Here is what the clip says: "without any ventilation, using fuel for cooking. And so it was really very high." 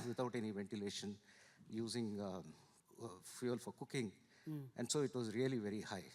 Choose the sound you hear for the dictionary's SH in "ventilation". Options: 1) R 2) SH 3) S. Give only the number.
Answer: 2